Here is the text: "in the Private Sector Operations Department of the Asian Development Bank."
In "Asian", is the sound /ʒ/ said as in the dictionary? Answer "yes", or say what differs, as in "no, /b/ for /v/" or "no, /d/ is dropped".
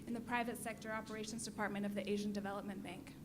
yes